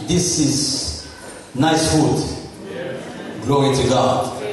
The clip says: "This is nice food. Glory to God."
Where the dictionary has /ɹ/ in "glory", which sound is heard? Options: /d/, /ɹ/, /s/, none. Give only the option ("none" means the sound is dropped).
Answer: none